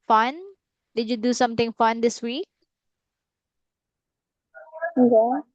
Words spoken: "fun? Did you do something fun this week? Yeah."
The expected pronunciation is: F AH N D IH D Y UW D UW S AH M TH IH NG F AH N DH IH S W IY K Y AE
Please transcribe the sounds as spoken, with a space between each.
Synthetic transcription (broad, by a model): F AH N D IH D Y UW D UW S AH M T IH NG F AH N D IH S W IY K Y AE